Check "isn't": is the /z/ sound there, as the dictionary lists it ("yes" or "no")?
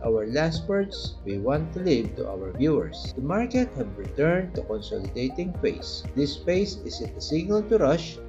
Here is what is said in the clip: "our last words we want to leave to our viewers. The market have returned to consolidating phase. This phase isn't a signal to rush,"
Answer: no